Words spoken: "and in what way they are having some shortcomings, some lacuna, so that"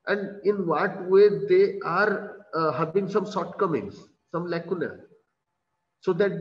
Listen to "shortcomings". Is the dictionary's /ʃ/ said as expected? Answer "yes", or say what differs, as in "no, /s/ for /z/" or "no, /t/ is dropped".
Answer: no, /s/ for /ʃ/